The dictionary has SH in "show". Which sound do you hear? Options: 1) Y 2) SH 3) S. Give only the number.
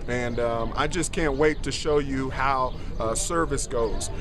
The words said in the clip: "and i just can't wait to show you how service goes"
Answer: 2